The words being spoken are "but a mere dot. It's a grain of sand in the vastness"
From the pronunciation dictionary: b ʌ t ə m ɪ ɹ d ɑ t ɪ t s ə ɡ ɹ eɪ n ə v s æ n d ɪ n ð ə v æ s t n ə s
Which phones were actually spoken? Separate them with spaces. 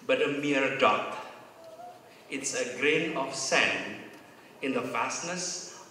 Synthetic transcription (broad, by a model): b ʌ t ə m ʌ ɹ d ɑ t ɪ t s ə ɡ ɹ eɪ n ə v s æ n ɪ n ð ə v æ s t n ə s